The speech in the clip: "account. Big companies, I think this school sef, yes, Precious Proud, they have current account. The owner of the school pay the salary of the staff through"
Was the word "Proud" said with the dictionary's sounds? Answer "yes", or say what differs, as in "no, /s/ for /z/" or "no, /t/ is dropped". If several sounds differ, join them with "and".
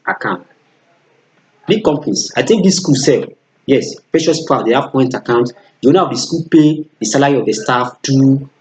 no, /ɹ/ is dropped